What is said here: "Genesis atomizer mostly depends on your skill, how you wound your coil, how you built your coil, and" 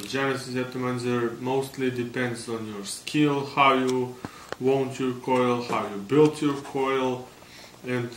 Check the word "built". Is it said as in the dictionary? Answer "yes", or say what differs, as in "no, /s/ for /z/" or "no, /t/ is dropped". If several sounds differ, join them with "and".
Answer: yes